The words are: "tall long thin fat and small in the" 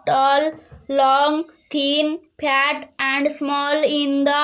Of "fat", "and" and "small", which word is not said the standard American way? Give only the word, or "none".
fat